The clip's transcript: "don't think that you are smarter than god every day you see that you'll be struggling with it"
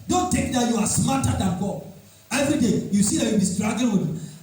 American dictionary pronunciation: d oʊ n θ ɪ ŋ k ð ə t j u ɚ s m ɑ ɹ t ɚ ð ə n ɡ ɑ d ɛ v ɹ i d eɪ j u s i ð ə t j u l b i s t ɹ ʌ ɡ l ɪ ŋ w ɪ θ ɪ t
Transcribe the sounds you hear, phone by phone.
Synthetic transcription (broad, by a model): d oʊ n t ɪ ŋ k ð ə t j u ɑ s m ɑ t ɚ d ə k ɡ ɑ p ɛ v ɹ i d eɪ j u s i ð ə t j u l b i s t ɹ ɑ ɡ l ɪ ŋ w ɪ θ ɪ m